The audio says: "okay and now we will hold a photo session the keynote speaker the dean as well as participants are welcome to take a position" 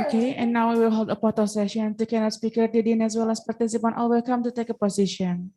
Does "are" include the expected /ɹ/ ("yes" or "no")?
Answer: no